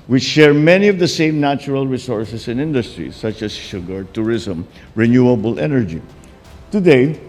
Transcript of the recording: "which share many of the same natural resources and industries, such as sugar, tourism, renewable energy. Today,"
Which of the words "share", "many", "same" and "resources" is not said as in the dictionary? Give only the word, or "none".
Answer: resources